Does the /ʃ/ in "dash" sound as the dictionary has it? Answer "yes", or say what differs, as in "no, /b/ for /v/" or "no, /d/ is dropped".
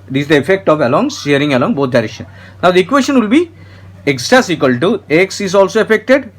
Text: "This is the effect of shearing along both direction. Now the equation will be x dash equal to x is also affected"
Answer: no, /s/ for /ʃ/